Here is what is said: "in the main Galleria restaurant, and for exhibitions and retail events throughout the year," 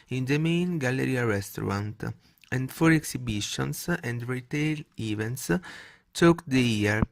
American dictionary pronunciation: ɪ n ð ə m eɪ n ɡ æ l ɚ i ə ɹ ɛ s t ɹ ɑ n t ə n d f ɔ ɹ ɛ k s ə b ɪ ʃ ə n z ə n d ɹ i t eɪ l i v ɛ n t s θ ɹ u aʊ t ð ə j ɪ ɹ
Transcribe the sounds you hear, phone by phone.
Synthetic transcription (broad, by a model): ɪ n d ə m eɪ n ɡ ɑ l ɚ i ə ɹ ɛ s t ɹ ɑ n t ə n d f ɔ ɹ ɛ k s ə b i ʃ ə n s ə n d ɹ i t eɪ l i v ɛ n t s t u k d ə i ɹ